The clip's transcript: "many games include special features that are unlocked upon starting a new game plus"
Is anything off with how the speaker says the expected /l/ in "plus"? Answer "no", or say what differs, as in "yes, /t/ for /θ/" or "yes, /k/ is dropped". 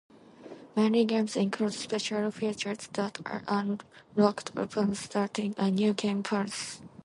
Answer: yes, /l/ is dropped